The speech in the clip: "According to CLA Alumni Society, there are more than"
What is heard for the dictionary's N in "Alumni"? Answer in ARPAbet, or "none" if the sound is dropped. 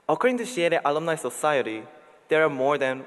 L